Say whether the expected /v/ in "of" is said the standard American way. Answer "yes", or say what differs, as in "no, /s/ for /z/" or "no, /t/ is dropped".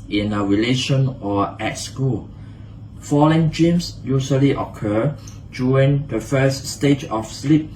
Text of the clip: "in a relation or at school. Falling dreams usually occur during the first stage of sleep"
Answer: no, /f/ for /v/